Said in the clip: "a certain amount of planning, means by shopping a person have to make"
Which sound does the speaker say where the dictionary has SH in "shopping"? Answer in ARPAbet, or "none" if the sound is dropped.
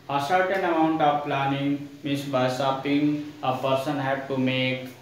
S